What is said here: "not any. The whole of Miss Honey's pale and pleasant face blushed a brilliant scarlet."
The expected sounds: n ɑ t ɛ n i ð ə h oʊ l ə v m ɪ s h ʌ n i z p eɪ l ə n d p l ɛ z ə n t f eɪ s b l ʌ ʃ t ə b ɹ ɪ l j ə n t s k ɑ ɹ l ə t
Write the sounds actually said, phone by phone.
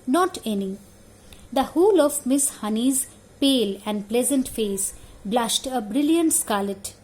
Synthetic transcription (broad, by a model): n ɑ t ɛ n i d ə h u l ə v m ɪ s h ʌ n i z p eɪ l ə n d p l ɛ z ə n t f eɪ s b l ʌ ʃ t ə b ɹ ɪ l j ə n t s k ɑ ɹ l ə t